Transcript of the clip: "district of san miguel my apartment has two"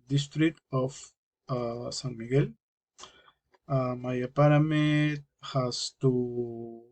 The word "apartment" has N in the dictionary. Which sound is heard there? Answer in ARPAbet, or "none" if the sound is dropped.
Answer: none